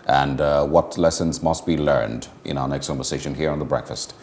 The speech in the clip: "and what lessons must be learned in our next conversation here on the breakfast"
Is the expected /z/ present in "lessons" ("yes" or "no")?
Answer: yes